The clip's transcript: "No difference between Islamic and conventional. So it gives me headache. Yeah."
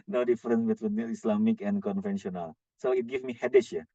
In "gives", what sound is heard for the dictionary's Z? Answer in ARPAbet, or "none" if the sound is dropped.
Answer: none